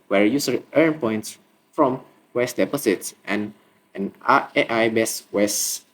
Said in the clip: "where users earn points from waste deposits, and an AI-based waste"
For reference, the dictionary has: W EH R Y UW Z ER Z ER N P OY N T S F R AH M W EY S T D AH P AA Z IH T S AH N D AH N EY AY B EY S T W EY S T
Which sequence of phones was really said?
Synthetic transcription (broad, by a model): W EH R Y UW S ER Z ER N P OY N T S F R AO M W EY S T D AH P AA S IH T S AH N D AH N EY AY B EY S W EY S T